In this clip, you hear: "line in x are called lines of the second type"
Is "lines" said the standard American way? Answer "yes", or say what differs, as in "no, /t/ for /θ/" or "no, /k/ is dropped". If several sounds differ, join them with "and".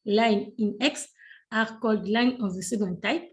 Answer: no, /z/ is dropped